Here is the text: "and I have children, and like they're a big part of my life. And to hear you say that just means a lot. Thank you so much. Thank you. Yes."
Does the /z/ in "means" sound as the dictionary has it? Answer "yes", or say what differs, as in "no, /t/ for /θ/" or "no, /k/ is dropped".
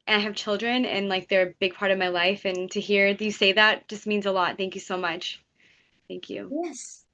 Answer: yes